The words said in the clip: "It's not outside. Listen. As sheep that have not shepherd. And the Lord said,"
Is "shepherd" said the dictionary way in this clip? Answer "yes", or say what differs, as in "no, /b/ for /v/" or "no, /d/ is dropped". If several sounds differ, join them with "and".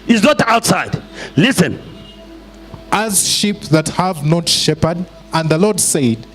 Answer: yes